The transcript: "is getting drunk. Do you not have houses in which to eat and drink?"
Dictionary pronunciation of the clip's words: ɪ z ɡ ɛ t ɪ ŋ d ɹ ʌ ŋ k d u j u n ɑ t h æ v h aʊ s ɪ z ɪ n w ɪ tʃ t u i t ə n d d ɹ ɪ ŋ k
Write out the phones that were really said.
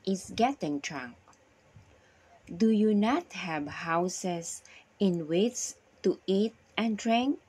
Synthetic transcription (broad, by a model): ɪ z ɡ ɛ t ɪ ŋ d ɹ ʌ ŋ k d u j u n ɑ t h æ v h aʊ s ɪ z ɪ n w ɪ s t u i t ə n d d ɹ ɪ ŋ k